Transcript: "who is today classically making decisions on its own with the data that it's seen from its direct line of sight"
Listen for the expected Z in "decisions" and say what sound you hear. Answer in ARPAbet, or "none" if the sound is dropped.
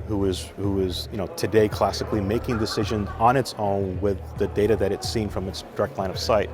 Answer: Z